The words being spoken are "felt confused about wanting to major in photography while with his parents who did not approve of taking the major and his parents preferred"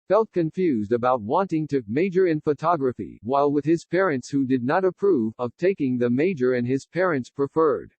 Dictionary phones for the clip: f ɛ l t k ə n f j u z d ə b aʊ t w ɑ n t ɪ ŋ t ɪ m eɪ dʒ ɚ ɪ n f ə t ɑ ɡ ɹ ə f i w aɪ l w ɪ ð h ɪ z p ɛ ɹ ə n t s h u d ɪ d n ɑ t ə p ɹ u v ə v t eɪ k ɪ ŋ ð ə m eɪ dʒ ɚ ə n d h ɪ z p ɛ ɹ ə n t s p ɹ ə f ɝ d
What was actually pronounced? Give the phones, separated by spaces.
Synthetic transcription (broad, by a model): f ɛ l t k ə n f j u z d ə b aʊ t w ɑ n t ɪ ŋ t ɪ m eɪ dʒ ɚ ɪ n f ə t ɑ ɡ ɹ ə f i w aɪ l w ɪ ð ɪ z p ɛ ɹ ə n t s h u d ɪ d n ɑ t ə p ɹ u v ə v t eɪ k ɪ ŋ ð ə m eɪ dʒ ɚ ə n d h ɪ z p ɛ ɹ ə n t s p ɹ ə f ɝ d